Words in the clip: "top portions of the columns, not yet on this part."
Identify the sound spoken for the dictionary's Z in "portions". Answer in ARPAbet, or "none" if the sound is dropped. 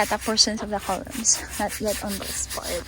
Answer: S